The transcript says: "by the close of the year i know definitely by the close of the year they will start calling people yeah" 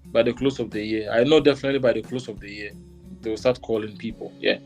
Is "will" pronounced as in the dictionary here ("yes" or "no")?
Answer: no